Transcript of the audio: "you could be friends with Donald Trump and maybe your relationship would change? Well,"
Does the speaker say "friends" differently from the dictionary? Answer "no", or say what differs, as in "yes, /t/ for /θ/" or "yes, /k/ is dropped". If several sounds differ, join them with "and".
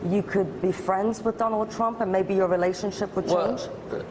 no